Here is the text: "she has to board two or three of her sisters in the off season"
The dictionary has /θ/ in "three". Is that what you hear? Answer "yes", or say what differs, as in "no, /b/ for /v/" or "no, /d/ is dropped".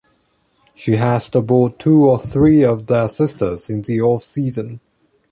yes